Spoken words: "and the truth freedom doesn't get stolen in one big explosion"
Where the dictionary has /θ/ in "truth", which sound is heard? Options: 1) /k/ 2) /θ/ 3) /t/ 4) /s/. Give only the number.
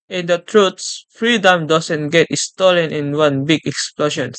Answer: 4